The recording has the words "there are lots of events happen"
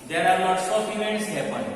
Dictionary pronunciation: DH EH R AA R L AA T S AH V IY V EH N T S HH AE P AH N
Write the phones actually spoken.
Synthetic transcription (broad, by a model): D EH R AA R N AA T S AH F IY V EH N T S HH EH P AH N